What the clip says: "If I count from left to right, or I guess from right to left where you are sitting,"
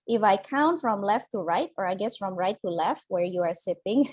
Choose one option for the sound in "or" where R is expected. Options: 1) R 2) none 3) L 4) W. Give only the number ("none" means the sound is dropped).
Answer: 1